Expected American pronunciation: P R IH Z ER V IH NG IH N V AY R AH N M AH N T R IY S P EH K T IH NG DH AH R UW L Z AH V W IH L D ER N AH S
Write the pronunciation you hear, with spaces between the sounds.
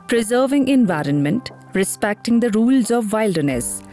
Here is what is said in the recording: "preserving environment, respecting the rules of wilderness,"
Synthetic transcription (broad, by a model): P R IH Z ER V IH NG IH N V AY R AH N M AH N T R IY S P EH K T IH NG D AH R UW L Z AH V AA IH L D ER N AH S